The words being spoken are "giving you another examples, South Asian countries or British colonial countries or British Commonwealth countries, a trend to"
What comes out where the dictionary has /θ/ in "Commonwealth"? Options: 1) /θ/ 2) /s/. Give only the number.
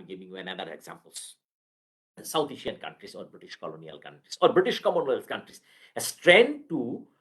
2